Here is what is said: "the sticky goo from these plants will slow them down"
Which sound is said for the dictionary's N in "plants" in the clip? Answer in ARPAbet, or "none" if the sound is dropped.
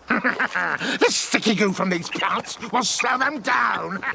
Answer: none